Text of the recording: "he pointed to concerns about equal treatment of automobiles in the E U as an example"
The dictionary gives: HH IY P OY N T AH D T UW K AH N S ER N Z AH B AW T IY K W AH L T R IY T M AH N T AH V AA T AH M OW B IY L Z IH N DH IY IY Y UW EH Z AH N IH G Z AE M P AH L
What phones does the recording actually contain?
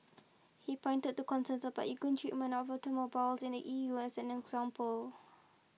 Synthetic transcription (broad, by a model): HH IY P OY N T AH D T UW K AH N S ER N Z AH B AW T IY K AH N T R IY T M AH N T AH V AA T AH M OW B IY L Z IH N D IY IY Y UW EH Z AH N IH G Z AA M P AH L